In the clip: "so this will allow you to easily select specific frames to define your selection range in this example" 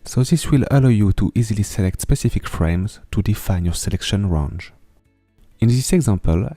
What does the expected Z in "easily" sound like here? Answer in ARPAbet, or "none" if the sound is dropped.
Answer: Z